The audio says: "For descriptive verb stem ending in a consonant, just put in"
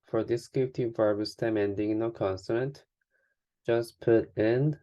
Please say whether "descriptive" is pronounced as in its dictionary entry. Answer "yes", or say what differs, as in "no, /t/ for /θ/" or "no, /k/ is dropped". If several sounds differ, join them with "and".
no, /ɹ/ is dropped